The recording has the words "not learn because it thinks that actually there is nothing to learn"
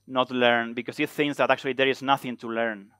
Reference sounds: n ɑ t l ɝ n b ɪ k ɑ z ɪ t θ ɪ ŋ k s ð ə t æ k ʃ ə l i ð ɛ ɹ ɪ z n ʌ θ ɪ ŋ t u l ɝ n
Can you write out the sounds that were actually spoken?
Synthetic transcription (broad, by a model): n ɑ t l ɝ n b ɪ k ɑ s ɪ t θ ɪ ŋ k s ð ə t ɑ k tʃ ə l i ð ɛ ɹ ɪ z n ʌ θ ɪ ŋ t u l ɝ n